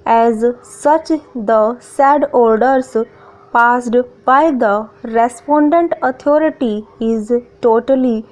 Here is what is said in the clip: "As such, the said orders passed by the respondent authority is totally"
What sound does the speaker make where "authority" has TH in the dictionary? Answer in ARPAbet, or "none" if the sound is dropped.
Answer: T